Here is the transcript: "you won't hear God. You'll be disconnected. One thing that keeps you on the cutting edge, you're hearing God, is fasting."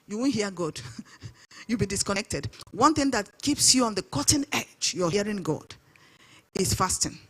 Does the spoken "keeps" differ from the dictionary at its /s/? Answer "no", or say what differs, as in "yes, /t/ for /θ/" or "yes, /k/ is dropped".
no